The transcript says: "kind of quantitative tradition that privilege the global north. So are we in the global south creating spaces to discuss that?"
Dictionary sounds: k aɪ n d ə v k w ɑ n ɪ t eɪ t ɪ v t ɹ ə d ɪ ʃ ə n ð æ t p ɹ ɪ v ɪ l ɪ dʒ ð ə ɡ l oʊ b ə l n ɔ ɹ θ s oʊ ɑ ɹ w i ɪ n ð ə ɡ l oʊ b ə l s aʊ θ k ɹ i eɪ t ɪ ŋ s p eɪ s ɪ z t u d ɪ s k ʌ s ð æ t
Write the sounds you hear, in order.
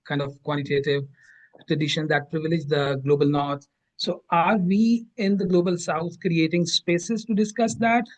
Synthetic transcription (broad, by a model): k aɪ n d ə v k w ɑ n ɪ t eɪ t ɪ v t ɹ ə d ɪ ʃ ə n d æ t p ɹ ɪ v ɪ l ɪ dʒ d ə ɡ l oʊ b ə l n ɔ ɹ t s oʊ ɑ ɹ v i ɪ n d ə ɡ l oʊ b ə l s aʊ t k ɹ i eɪ t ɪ ŋ s p eɪ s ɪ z t u d ɪ s k ʌ s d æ t